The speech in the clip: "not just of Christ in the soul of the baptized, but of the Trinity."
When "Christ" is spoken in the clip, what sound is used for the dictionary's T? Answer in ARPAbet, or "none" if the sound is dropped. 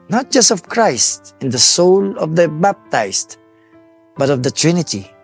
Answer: T